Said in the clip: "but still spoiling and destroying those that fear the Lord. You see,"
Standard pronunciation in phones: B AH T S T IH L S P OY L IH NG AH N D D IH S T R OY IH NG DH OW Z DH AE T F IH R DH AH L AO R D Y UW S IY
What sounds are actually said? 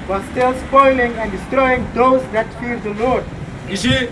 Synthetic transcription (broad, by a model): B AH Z S T IH L S P OY L IH NG AH N D D IH S T R OY IH NG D OW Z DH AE T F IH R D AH L AO R D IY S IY